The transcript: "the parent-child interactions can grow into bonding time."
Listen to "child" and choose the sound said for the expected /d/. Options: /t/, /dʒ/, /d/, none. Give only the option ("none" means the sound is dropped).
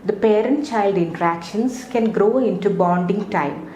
/d/